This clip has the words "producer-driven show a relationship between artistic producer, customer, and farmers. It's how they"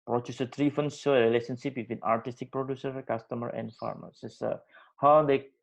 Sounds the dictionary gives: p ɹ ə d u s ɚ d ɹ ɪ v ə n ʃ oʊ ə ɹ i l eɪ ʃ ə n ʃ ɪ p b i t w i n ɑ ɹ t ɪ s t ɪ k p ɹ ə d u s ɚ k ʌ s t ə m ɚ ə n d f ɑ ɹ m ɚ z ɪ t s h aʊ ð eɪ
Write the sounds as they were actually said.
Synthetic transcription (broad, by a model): p ɹ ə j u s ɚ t ɹ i f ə n s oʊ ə ɹ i l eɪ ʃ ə n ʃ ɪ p b i t w i n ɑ ɹ t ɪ s t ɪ k p ɹ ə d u s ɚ k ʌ s t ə m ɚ ə n d f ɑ ɹ m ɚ s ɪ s h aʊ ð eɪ